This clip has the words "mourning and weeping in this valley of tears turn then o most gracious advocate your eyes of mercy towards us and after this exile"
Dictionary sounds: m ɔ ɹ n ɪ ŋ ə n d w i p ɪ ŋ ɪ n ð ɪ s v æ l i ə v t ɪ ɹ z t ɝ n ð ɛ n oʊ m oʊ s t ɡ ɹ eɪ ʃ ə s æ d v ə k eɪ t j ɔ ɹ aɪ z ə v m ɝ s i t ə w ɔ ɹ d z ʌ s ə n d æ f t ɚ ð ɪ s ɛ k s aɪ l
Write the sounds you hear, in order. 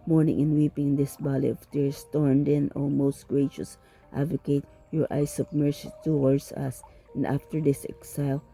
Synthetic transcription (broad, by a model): m ɔ ɹ n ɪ ŋ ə n w i p ɪ ŋ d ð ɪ s b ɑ l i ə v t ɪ ɹ s t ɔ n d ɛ n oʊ m oʊ s t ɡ ɹ eɪ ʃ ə s æ d v ə k eɪ t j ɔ ɹ aɪ s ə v m ɝ s i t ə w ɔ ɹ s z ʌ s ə n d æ f t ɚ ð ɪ s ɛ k s aɪ l